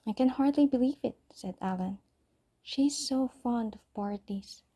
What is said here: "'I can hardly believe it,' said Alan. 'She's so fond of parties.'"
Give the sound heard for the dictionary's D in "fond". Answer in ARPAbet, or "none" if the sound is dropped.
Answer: D